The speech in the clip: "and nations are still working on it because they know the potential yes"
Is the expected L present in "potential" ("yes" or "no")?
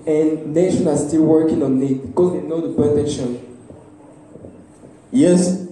no